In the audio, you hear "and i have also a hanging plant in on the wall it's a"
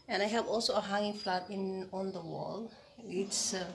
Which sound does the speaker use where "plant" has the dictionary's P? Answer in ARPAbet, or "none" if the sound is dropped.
F